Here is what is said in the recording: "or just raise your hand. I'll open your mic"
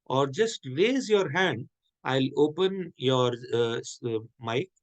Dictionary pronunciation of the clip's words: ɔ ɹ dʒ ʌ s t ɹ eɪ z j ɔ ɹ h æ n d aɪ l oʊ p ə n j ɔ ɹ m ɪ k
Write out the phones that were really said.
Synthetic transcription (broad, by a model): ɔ ɹ dʒ ʌ s t ɹ eɪ z j ɔ ɹ h æ n d aɪ l oʊ p ə n j ɔ ɹ m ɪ k